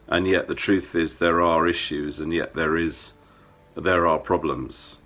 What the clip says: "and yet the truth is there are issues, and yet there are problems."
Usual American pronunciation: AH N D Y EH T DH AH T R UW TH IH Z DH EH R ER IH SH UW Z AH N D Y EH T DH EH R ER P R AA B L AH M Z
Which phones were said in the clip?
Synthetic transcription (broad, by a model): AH N Y EH T DH AH T R UW TH IH Z DH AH R ER IH SH UW Z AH N Y EH T DH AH R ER P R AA B L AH M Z